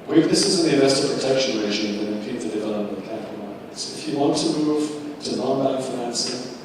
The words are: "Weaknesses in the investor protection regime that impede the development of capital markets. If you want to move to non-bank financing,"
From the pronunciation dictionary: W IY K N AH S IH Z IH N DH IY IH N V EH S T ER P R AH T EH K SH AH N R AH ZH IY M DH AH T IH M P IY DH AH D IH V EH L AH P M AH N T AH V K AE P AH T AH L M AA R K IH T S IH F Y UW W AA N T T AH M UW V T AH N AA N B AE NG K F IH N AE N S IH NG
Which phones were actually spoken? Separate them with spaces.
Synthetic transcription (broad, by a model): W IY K N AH S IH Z IH N DH IY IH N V EH S T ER P R AH T EH K SH AH N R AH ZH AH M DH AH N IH P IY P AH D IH V EH L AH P AH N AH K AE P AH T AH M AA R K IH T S IH F Y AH W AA N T T AH M UW V T AH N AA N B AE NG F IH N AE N S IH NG